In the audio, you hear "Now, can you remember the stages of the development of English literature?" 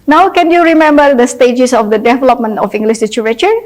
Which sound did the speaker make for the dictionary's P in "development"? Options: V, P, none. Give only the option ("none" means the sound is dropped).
P